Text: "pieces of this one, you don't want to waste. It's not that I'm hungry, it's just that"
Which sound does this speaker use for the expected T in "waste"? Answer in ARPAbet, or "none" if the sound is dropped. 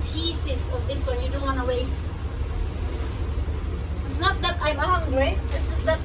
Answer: none